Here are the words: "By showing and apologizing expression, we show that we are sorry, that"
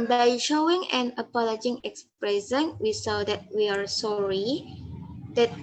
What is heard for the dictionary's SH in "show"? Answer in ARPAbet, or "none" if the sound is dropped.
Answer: S